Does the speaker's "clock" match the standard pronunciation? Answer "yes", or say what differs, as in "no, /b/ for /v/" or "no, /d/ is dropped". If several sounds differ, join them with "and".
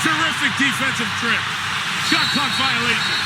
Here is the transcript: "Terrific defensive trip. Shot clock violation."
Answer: no, /l/ is dropped